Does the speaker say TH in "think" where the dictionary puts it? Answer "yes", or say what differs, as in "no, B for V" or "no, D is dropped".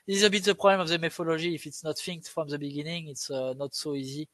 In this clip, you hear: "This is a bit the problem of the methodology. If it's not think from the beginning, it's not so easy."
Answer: no, F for TH